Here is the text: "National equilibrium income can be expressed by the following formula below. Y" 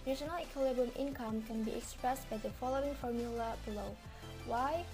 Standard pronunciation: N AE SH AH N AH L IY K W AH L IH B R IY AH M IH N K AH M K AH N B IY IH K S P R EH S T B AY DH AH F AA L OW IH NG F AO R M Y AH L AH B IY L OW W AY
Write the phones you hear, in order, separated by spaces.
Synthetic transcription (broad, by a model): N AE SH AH N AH L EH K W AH L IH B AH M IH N K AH M K AH N B IY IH K S P R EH S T B AY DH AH F AA L OW IH NG F AO R M Y AH L AH B IY L OW W AY